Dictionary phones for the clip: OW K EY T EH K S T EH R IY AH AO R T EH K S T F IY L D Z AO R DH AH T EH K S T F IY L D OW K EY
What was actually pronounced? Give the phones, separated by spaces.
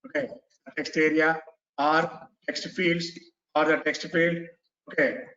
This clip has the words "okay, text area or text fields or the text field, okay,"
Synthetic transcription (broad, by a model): OW K EY T EH K S T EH R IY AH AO R T EH K S T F IY L D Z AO R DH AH T EH K S T F IY L D OW K EY